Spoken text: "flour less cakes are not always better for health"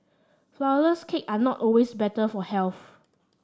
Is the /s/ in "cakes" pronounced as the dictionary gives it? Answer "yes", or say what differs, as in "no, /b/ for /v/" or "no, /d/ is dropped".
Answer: no, /s/ is dropped